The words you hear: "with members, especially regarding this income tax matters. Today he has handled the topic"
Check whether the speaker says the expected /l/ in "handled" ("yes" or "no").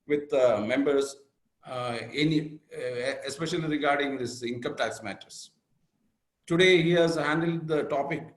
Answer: yes